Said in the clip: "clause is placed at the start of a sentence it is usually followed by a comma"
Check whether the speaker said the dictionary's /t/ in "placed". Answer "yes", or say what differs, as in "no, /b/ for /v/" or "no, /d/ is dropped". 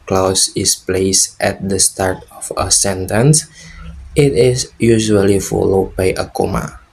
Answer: yes